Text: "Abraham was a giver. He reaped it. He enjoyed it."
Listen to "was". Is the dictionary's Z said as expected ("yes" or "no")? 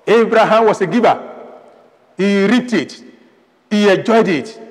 no